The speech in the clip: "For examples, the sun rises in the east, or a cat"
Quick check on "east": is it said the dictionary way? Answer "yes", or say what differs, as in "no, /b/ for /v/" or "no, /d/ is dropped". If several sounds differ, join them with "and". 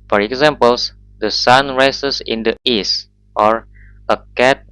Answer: yes